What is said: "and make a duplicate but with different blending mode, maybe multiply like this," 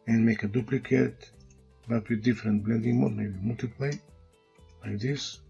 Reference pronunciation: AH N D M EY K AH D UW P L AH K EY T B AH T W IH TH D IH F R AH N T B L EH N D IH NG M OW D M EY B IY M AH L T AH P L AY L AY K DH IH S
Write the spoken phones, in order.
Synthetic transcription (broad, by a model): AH N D M EY K AH D UW P L AH K EY T B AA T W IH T D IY F R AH N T B L EH N D IH NG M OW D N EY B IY M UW L T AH P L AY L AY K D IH S